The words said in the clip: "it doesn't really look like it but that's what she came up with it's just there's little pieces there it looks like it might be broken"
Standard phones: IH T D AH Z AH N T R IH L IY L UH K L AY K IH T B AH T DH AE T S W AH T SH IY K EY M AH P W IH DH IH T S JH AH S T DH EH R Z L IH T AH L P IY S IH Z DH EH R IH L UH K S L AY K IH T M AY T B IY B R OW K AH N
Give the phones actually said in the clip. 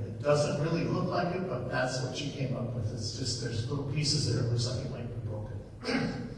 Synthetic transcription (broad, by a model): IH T D AH Z AH N T R IH L IY L UH K L AY K IH T B AH T DH AE T S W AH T SH IY K EY M AH P W IH DH IH T S JH AH S T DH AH R Z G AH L P IY S IH Z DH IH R IH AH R S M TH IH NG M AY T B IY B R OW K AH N